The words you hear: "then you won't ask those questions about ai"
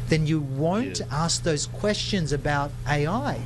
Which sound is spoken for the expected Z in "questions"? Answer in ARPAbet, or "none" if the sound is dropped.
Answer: Z